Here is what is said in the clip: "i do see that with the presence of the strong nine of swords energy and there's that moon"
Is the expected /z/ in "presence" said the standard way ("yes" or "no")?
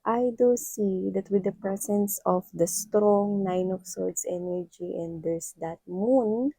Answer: no